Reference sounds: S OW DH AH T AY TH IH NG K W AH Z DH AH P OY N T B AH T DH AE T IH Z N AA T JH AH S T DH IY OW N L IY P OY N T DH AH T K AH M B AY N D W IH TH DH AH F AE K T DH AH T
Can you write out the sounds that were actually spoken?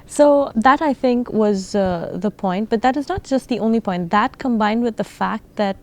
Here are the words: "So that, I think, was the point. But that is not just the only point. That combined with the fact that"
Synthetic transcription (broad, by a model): S OW DH AH T AY TH IH NG K W AH Z DH AH P OY N T B AH T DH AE T IH Z N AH T JH AH S T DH IY OW N L IY P OY N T DH AH T K AH M B AY N D W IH DH AH F AE K T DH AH T